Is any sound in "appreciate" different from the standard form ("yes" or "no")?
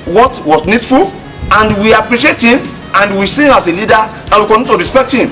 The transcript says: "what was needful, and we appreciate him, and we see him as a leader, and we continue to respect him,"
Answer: no